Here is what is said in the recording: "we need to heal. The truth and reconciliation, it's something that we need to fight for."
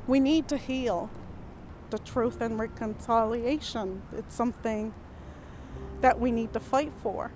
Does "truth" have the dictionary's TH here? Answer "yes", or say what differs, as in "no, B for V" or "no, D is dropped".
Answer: yes